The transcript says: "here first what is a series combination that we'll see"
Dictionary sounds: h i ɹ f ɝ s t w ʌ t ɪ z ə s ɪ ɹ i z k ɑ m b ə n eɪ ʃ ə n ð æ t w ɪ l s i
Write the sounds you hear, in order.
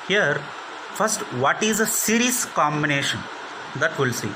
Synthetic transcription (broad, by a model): h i ɹ f ɝ s t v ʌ t ɪ z ə s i ɹ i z k ɑ m b ə n eɪ ʃ ə n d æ t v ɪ l s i